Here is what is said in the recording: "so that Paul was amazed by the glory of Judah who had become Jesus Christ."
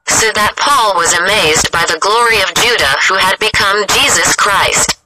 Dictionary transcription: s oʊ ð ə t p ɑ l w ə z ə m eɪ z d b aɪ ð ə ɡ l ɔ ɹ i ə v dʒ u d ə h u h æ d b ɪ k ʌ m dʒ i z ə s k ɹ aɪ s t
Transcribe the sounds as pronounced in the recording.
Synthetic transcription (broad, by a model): s oʊ ð ə t p ɑ l w ə z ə m eɪ z b aɪ ð ə ɡ l ɔ ɹ i ə v dʒ u d ə h u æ d b ɪ k ʌ m dʒ i z ə s k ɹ aɪ s t